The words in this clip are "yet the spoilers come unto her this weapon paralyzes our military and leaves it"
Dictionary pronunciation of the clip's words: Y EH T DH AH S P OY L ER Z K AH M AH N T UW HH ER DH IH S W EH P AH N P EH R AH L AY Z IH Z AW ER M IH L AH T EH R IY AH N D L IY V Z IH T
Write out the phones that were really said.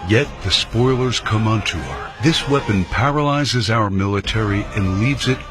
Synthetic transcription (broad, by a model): Y EH T DH AH S P OY L ER Z K AH M AH N T UW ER DH IH S W EH P AH N P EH R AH L AY Z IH Z AW ER M IH L AH T EH R IY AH N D L IY V Z IH T